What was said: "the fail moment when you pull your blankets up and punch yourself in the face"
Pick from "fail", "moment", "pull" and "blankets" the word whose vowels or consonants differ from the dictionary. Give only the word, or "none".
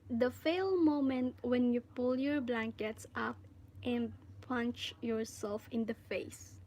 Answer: none